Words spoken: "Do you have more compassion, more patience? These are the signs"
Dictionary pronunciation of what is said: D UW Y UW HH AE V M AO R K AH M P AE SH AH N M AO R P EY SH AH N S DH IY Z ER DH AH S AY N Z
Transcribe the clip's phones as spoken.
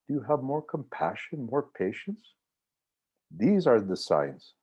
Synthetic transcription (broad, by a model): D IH Y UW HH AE V M AO R K AH M P AE SH AH N M AO R P EY SH AH N S DH IY Z ER DH AH S AY N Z